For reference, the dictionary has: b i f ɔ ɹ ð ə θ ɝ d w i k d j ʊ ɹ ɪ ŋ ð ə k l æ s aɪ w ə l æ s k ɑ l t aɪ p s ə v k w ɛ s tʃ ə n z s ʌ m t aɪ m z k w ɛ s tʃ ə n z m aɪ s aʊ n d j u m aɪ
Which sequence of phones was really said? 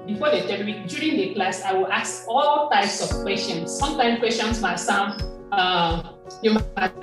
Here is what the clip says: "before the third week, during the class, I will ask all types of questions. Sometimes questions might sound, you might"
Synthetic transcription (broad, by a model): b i f ɔ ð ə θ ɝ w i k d j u ɹ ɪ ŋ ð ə k l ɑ s aɪ w ə l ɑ s k ɑ l t aɪ p s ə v k w ɛ s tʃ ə n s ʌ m t aɪ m k w ɛ s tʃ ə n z m aɪ s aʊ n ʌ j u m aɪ